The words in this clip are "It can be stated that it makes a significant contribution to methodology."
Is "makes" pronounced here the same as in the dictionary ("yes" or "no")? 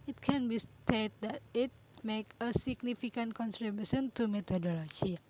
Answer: no